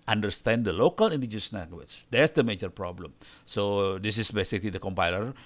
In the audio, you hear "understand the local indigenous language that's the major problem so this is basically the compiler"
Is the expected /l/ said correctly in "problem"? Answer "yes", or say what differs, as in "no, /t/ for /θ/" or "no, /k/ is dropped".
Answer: yes